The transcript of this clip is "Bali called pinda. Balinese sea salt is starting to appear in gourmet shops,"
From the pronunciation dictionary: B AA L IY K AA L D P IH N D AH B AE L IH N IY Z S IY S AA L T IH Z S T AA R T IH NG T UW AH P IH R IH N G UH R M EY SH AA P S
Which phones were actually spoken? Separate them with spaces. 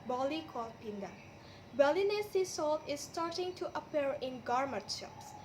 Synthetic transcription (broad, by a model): B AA L IY K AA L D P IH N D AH B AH L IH N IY S IY S AA L T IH S T AA R T IH NG T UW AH P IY R IH N G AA R M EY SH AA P S